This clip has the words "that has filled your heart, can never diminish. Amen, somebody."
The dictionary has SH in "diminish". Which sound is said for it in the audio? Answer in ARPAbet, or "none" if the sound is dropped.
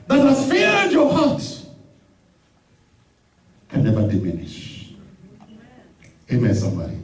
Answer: SH